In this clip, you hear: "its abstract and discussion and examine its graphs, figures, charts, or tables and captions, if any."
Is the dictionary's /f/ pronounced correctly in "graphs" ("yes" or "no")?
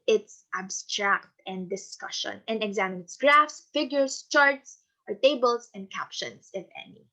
yes